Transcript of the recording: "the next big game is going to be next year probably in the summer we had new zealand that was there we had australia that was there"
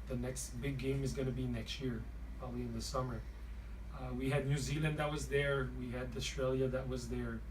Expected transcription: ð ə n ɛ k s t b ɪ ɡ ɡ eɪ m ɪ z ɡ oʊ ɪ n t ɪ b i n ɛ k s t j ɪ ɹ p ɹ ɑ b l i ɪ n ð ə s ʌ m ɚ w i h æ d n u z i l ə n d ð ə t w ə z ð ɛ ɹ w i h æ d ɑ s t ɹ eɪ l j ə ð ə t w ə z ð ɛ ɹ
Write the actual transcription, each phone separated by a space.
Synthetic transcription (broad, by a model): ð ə n ɛ k s t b ɪ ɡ ɡ eɪ m ɪ z ɡ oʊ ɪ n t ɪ b i n ɛ k s t j ɪ ɹ p ɹ ɑ b l i ɪ n ð ə s ʌ m ɚ w i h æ d n u z i l ə n d ð ə t w ə z ð ɛ ɹ w i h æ d ɑ s t ɹ eɪ l j ə ð ə t w ə z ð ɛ ɹ